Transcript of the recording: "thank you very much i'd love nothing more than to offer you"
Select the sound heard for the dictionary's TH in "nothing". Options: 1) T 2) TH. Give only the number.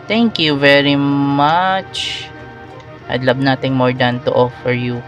1